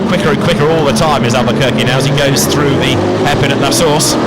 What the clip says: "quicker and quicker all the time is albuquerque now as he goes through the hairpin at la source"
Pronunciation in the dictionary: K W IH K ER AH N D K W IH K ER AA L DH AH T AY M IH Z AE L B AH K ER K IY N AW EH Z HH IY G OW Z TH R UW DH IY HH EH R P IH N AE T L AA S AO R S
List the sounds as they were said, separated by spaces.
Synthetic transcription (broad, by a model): K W IH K ER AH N K W IH K ER AA L DH AH T AY M IH Z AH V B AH K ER K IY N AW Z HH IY G OW Z TH R UW DH IY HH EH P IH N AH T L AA S AO R S